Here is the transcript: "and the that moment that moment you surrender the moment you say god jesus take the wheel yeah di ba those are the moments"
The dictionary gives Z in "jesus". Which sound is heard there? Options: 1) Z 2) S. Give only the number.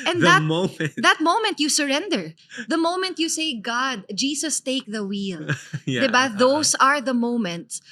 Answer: 2